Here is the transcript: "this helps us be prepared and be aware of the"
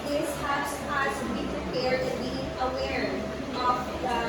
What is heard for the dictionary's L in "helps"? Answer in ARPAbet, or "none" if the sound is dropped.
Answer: none